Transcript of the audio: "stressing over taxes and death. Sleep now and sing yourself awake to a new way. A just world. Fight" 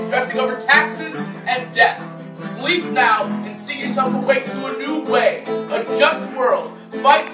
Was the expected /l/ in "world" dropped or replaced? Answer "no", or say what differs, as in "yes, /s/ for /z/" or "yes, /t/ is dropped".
no